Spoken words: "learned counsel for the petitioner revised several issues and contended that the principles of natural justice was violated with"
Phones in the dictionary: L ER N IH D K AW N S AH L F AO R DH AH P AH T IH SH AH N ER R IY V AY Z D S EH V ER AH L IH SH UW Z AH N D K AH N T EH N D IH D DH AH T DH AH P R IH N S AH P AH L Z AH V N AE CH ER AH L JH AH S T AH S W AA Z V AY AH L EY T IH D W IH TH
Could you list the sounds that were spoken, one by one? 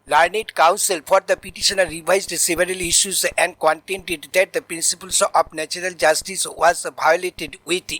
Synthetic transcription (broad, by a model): L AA N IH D K AW N S AH L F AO R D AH P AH T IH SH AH N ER R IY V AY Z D S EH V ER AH L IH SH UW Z AH N D K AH N T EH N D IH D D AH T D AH P R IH N S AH P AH L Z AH P N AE CH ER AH L JH AH S T AH S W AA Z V AY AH L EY T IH D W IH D